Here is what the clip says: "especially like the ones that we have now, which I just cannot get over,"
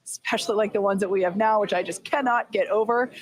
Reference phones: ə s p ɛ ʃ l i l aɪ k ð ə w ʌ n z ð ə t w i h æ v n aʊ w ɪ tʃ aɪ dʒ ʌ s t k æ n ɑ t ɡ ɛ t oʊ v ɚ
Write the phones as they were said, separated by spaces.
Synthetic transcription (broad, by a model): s s p ɛ ʃ l i l aɪ k ð ə w ʌ n z ð ə t w i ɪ v n aʊ w ɪ tʃ aɪ dʒ ʌ s k æ n ɑ t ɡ ɛ t oʊ v ɚ